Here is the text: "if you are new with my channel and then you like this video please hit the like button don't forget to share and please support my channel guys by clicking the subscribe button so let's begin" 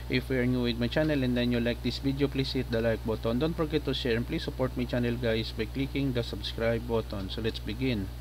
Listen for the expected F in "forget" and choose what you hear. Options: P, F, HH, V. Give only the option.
P